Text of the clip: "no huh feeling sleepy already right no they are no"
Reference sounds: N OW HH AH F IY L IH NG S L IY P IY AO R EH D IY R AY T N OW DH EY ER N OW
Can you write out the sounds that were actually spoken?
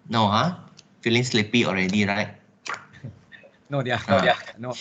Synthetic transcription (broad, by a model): N OW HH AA F IY L IH NG S L IY P IY AO R EH D IY R AY T N OW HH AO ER N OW